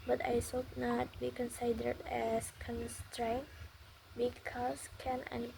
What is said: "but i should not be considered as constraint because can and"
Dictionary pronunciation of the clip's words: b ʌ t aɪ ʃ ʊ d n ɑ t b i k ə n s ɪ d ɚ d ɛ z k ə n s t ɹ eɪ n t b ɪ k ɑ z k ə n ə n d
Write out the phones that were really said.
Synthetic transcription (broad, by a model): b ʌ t aɪ s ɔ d n ɑ t b i k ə n s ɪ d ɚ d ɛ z k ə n s t ɹ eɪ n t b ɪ k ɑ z k ə n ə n